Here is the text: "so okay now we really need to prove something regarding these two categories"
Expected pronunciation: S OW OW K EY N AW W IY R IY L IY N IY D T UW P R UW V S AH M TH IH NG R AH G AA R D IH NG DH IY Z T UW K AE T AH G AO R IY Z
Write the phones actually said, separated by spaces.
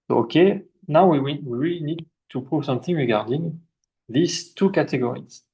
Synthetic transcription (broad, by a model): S OW OW K EY N AW W IY W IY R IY N IY D T UW P R UW V S AH M TH IH NG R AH G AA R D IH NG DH IY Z T UW K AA T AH G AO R IY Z